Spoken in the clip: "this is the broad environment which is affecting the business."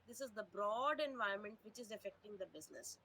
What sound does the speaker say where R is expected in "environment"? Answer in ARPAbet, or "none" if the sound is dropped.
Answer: none